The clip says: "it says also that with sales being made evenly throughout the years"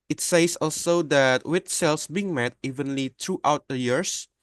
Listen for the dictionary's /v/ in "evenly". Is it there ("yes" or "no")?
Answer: yes